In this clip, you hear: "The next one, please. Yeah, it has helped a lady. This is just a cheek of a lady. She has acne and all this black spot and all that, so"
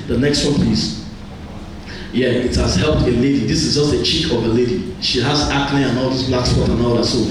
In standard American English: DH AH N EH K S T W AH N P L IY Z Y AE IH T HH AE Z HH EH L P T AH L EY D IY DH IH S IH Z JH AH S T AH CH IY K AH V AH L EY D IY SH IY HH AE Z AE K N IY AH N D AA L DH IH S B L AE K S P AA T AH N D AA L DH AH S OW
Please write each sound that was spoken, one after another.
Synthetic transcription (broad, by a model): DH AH N EH K S T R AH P IY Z Y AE IH T HH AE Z HH EH L P T AH L EY D IY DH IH S IH Z JH AH S T AH CH IY K AH V AH L EY D IY SH IY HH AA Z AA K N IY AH N AA L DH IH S B L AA K S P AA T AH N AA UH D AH S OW